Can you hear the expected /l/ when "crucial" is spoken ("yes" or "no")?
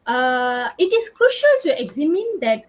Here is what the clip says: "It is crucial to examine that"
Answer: yes